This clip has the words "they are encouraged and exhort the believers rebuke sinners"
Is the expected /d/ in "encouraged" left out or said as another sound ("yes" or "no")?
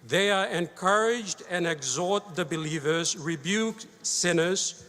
no